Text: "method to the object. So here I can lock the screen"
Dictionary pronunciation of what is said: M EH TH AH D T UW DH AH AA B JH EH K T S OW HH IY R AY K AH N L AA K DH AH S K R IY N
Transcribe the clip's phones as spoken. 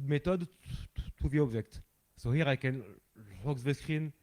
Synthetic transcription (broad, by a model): M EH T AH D T UW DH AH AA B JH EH K T S OW HH IY R AY K AH N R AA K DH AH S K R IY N